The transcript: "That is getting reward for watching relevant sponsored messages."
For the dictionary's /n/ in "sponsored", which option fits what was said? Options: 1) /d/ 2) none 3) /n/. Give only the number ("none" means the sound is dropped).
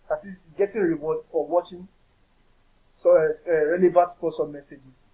2